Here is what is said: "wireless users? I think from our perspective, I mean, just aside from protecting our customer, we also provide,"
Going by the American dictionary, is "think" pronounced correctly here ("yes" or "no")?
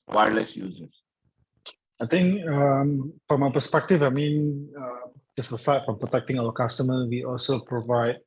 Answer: no